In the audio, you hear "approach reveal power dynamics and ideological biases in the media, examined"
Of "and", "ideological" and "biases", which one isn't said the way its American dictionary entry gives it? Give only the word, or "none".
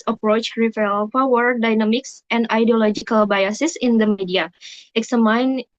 biases